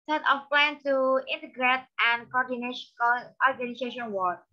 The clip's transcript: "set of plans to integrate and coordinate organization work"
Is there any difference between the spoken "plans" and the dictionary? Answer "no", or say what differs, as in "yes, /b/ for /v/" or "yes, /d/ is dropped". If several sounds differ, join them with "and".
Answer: yes, /z/ is dropped